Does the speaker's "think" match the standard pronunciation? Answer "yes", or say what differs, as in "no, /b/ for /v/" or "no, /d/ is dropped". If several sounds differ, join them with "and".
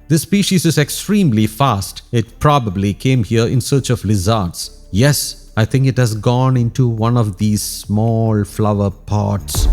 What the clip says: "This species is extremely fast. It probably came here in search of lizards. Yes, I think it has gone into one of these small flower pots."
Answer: no, /t/ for /θ/